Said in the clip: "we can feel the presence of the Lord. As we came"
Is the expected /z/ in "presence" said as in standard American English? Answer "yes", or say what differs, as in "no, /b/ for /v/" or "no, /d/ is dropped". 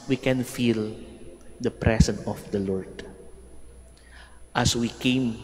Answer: no, /s/ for /z/